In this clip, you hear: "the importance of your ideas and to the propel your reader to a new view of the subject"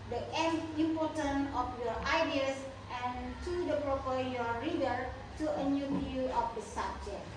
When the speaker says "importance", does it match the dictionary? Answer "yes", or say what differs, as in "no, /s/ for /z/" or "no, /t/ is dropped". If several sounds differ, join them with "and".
no, /s/ is dropped